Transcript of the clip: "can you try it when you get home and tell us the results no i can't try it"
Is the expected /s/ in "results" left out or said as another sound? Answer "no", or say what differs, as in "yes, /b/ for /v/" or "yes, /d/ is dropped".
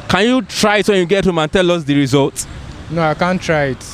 yes, /s/ is dropped